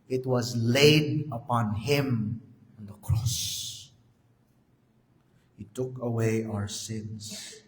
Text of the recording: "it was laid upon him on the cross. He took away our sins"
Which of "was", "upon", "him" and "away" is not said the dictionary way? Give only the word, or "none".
none